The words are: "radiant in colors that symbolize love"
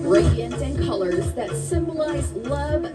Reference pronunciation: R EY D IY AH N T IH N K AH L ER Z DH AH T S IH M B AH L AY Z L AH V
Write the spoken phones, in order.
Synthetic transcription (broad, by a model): R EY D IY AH N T IH N K AH L ER Z DH AH T S IH M B AH L AY Z L AH V